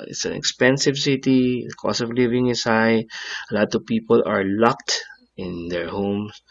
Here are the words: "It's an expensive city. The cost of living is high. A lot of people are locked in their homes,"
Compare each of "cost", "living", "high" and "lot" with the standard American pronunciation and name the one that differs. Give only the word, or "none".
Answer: cost